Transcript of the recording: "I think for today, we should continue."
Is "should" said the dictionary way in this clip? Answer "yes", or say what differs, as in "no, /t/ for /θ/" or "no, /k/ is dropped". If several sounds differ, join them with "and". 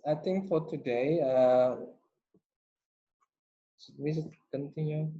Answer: no, /s/ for /ʃ/